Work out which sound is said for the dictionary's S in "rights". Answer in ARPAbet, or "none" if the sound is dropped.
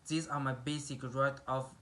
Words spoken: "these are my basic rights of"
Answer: none